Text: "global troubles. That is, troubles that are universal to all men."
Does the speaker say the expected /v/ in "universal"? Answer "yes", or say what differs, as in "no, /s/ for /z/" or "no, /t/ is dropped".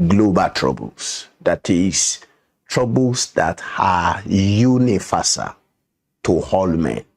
no, /f/ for /v/